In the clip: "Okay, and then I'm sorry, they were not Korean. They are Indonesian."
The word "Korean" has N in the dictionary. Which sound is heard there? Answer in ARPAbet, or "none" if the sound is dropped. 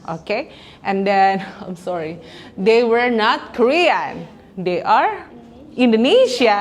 N